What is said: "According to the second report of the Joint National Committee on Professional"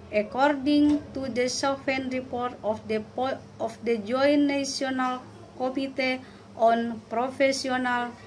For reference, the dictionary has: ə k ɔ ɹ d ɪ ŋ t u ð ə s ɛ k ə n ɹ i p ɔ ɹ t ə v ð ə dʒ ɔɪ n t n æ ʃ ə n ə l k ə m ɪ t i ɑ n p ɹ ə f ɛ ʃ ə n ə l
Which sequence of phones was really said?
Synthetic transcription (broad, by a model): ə k ɔ ɹ d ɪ ŋ t u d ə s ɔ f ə n ɹ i p ɔ ɹ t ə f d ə dʒ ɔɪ n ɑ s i ə n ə l k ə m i t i ɑ n p ɹ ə f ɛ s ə n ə l